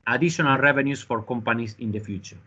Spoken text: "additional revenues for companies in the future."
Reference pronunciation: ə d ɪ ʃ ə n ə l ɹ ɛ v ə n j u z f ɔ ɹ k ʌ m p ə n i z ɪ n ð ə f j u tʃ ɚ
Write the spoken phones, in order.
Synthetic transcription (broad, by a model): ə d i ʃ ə n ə l ɹ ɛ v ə n j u s f ɔ ɹ k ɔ m p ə n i s ɪ n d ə f j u tʃ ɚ